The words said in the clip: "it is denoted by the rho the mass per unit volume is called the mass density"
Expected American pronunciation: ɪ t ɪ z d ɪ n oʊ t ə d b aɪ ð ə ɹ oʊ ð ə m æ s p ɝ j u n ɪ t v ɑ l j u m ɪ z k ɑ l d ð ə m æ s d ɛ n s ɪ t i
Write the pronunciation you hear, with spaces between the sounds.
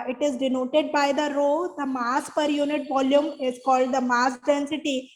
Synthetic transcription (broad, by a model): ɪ t ɪ z d ɪ n oʊ t ə d b aɪ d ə ɹ oʊ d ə m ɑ s p ɝ j u n ɪ t v ɑ l j u m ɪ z k ɑ l d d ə m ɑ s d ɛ n s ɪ t i